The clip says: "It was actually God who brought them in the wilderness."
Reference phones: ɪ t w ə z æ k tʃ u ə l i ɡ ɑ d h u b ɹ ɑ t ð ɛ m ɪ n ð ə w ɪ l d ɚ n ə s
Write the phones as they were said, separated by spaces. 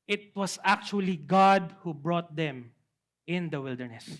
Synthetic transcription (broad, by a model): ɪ t w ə s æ k tʃ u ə l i ɡ ɑ d h u b ɹ ɑ t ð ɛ m ɪ n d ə w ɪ l d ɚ n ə s